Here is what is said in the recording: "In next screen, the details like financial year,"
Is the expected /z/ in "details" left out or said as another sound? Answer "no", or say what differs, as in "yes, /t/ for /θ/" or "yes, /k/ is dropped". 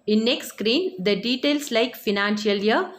yes, /s/ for /z/